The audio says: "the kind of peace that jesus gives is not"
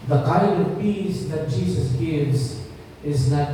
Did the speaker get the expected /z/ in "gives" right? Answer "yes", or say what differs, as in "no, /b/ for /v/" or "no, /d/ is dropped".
yes